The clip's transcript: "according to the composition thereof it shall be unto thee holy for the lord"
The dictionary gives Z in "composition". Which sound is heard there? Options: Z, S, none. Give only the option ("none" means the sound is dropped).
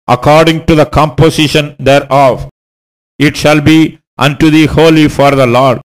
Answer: S